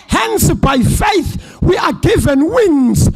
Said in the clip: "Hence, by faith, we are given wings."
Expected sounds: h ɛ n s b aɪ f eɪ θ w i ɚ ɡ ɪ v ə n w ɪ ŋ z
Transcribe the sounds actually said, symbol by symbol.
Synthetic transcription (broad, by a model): h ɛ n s b aɪ f eɪ θ w i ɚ ɡ ɪ v ə n w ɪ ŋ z